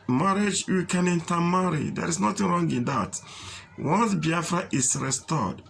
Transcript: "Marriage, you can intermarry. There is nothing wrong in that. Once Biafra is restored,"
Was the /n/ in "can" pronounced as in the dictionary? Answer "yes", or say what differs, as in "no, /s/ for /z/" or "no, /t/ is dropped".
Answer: yes